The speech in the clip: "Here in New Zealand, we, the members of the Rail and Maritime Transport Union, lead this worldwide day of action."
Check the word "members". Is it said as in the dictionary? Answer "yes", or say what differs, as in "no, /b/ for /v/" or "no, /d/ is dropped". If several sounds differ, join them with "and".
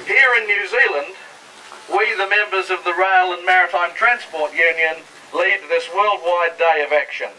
yes